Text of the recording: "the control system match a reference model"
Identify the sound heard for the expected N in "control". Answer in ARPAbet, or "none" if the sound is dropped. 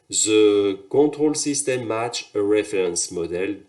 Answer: none